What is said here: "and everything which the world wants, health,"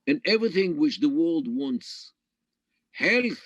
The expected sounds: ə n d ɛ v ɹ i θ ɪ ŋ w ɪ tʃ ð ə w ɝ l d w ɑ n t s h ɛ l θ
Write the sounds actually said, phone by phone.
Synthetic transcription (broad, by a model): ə n ɛ v ɹ i θ ɪ ŋ w ɪ tʃ ð ə w ɝ l d w ɑ n t s h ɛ l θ